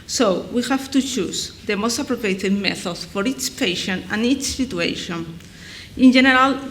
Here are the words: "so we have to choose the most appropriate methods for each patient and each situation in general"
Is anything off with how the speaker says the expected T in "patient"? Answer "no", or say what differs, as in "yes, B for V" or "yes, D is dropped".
yes, T is dropped